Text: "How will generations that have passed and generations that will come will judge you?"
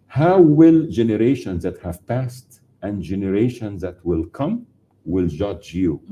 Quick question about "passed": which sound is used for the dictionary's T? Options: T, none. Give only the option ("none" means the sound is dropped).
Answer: T